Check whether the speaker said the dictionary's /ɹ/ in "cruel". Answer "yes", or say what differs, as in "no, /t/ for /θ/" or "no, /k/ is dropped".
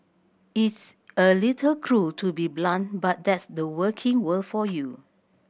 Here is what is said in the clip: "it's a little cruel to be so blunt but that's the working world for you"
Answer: yes